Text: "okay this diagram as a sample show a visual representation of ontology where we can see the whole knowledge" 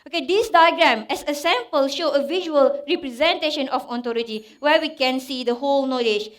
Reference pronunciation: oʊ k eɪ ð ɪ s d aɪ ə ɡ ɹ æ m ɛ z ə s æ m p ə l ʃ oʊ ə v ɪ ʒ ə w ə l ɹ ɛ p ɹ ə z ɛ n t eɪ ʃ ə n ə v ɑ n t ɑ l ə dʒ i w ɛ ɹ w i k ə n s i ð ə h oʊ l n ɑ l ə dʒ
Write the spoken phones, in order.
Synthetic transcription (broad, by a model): oʊ k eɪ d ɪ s d aɪ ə ɡ ɹ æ m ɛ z ə s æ m p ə l ʃ oʊ ə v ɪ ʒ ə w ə l ɹ ɛ p ɹ ə z ɛ n t eɪ ʃ ə n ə f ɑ t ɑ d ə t i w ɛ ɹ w i k ə n s i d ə h oʊ l n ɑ l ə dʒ